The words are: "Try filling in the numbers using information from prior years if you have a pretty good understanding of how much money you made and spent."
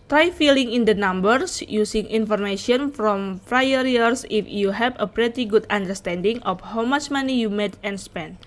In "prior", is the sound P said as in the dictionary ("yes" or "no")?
no